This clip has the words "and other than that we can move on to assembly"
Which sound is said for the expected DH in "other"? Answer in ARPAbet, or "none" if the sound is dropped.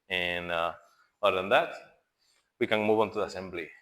none